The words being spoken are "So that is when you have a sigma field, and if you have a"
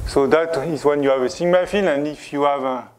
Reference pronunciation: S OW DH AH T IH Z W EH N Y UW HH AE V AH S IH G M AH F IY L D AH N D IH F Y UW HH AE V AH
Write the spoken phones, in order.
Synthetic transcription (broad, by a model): S OW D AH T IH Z W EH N Y UW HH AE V AH S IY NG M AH F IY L AH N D IH F Y UW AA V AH